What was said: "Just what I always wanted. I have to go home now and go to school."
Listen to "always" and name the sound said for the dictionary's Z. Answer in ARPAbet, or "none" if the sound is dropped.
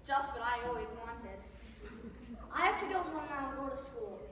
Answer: Z